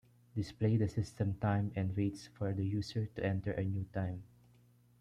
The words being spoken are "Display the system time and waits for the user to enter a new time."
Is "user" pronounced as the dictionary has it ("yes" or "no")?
no